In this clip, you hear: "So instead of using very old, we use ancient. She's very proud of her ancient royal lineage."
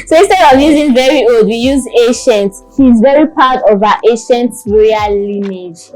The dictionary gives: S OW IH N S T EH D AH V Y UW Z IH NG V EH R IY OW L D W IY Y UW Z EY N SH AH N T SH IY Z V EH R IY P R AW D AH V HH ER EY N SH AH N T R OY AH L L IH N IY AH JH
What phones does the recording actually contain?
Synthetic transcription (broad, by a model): S OW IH S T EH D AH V Y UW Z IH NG V EH R IY OW L D W IY Y UW Z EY SH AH N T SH IY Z V EH R IY P AW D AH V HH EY SH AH N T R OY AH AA L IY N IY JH